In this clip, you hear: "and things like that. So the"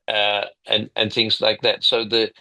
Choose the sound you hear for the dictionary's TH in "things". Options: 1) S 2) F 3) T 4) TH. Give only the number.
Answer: 4